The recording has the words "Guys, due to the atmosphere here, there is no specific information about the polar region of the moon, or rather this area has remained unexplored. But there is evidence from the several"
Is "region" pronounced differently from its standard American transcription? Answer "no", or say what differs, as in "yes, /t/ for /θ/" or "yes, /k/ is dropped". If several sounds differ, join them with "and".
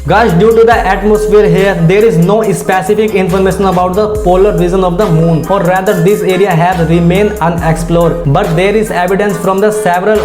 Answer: yes, /z/ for /dʒ/